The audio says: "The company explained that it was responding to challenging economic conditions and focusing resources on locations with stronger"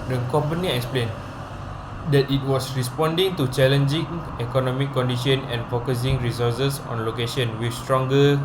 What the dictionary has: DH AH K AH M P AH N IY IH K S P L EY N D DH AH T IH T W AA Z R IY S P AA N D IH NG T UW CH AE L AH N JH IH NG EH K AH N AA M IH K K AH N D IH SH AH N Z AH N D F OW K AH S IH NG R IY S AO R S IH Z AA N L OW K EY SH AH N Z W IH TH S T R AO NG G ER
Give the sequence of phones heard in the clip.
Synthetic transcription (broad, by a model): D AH K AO M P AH N IY IH K S P L EY N D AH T IH T W AA S R IY S P AA N D IH NG T UW CH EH L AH N JH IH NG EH K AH N AA M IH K K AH N D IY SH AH N AH N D F OW K AH S IH NG R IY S AO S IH S AA N L OW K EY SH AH N W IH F S T R AO NG G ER